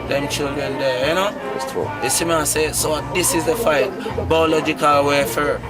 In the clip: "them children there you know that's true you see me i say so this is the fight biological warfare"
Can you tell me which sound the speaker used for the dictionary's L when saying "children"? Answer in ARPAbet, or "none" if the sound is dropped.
L